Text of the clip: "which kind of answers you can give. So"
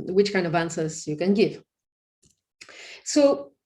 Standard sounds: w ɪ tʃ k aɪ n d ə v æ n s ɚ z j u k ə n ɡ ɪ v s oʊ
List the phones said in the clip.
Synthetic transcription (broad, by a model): w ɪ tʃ k aɪ n d ə v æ n s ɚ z j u k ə n ɡ ɪ v s oʊ